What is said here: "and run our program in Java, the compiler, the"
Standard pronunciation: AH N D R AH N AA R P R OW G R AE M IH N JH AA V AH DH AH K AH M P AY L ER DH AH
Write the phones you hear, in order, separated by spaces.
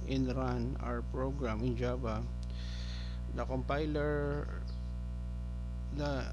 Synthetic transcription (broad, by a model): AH N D R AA N AA R P R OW G R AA M IH N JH AA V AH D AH K AH M P AY L ER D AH